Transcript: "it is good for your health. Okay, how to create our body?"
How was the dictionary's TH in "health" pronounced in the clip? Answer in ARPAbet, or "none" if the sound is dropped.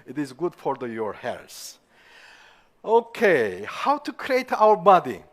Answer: S